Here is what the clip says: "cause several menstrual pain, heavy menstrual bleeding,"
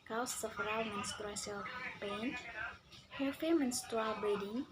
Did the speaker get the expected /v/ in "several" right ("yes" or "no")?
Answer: no